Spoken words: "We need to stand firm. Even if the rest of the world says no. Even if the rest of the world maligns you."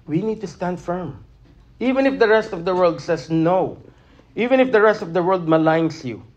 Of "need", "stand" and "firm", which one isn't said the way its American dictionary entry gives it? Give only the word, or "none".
none